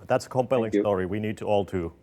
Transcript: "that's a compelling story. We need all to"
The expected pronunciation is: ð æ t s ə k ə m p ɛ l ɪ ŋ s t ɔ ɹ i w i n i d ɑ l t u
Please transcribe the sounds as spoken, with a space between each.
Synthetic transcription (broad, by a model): ð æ t s ə k ə m p ɛ l ɪ ŋ s t ɔ ɹ i w i n i d ɑ l t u